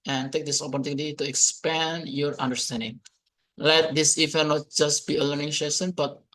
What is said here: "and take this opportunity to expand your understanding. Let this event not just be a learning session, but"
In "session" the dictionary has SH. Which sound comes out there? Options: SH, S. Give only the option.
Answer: S